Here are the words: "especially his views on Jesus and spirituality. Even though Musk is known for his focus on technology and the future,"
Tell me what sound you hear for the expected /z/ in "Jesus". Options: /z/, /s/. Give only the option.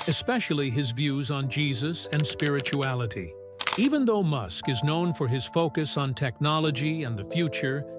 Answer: /z/